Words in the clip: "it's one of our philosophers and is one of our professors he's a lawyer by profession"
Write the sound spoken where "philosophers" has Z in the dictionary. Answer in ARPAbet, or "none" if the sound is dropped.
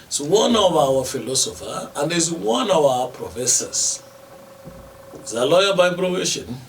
none